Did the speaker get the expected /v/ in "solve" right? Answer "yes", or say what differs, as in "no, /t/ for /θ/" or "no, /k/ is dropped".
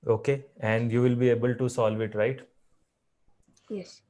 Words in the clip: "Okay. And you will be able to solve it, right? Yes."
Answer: yes